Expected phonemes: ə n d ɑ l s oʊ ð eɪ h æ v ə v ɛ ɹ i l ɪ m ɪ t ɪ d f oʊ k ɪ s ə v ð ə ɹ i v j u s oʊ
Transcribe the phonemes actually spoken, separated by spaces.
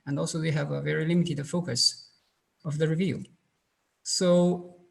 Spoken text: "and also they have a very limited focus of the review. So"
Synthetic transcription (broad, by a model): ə n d ɑ l s oʊ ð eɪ h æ v ə v ɛ ɹ i l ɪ m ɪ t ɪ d f oʊ k ɪ s ə v ð ə ɹ i v j u s oʊ